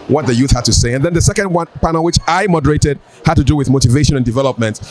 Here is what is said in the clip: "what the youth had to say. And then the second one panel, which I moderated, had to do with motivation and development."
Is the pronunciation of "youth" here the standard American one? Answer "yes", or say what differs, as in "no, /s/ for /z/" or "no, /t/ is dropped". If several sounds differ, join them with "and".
yes